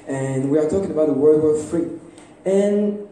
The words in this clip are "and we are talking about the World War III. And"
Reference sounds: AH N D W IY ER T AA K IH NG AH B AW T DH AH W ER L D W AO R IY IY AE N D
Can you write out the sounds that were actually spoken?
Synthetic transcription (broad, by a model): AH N W IY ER T AA K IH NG AH B AW T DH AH W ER D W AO R IY IY N